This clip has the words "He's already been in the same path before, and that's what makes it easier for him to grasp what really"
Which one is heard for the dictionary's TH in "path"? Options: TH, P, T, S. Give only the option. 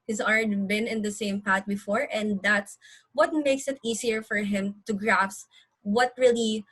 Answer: T